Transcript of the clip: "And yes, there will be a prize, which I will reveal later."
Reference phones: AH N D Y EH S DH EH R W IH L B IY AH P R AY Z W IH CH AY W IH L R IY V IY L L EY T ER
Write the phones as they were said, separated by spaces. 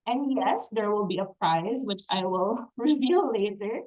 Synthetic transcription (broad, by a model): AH N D Y EH S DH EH R W IH L B IY AH P R AY Z W IH CH AY W IH L R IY V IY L L EY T ER